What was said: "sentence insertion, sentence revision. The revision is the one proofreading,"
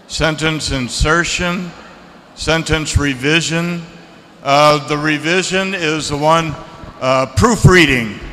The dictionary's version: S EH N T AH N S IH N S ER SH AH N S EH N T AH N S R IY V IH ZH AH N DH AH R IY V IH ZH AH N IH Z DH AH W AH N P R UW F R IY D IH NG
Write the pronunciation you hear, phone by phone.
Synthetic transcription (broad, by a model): S EH N T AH N S IH N S ER SH AH N S EH N T AH N S R IY V IH ZH AH N DH AH R IY V IH ZH AH N IH Z DH AH W AH N P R UW F R IY D IH NG